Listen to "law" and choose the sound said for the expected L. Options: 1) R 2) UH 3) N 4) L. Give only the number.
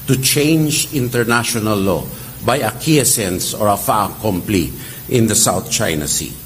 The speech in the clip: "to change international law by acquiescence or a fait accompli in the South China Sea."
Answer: 4